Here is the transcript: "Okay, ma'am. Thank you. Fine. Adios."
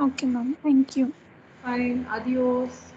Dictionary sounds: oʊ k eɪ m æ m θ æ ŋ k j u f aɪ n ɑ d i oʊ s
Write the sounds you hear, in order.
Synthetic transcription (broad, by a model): oʊ k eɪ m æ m t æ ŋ k j u f aɪ n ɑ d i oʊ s